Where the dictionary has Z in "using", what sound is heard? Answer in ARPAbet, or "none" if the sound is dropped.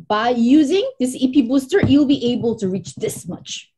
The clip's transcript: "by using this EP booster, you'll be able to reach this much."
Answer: Z